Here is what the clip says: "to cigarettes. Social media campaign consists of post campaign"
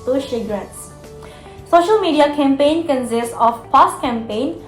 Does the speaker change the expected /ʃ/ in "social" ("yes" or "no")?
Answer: no